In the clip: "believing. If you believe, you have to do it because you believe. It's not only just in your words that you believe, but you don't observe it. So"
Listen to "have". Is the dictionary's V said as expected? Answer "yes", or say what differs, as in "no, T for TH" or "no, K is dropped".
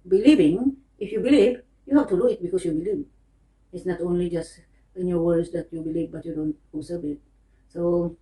no, F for V